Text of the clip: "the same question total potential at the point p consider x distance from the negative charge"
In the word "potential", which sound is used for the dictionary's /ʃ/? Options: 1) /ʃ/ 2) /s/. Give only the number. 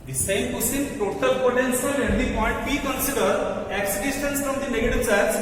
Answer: 2